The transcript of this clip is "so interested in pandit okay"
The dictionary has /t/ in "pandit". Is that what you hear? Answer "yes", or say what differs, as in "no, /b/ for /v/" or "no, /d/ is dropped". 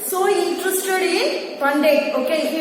no, /t/ is dropped